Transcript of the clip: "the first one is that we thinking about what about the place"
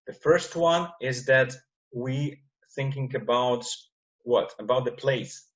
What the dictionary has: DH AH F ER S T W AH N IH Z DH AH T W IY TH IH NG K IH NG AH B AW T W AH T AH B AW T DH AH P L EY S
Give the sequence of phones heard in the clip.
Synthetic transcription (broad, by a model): DH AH F ER S T W AH N IH Z DH AH T W IY TH IH NG K IH NG AH B AW T W AH T AH B AW T DH AH P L EY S